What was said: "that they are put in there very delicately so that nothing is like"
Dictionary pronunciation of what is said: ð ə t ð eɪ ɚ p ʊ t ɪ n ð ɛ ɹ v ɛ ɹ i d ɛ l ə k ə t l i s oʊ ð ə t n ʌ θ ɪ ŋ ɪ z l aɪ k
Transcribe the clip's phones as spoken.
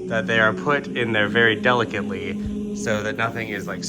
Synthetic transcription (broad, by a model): ð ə t ð eɪ ɚ p ʊ t ɪ n ð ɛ ɹ v ɛ ɹ i d ɛ l ə k ə t l i s oʊ ð ə t n ʌ θ ɪ ŋ ɪ z l aɪ k